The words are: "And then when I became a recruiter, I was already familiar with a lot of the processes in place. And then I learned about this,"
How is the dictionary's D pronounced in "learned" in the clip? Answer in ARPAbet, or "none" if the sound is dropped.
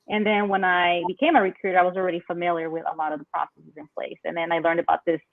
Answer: D